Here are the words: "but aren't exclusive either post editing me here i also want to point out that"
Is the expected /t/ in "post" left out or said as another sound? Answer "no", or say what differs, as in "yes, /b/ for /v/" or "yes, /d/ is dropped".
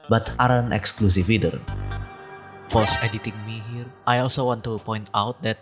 yes, /t/ is dropped